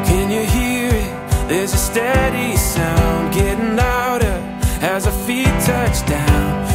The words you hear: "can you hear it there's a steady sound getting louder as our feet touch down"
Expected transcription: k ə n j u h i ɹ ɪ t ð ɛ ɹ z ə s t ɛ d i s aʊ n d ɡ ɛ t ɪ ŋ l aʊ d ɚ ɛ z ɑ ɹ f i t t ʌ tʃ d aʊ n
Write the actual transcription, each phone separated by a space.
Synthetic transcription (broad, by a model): k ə n j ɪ h i ɹ ɪ t ð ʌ ɹ z ə s t ɛ d i s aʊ n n ɡ ɛ t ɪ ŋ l aʊ d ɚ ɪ z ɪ f i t t ʌ tʃ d aʊ n